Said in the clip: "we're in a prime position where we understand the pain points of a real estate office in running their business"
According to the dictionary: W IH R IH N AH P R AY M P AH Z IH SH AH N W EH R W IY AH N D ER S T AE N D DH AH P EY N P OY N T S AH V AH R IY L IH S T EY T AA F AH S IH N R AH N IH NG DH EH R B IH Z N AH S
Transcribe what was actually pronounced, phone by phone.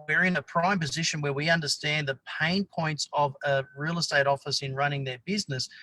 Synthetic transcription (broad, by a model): W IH R IH N AH P R AY M P AH Z IH SH AH N W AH R W IY AH N D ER S T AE N DH AH P EY N P OY N T S AH V AH R IY L IH S T EY T AA F AH S IH N R AH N IH NG DH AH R B IH Z N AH S